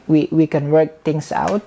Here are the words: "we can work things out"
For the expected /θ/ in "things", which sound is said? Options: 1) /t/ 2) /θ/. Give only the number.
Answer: 1